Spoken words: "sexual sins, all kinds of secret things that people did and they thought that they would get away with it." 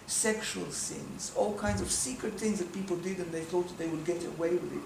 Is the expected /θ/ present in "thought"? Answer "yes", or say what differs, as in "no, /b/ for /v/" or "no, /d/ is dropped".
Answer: yes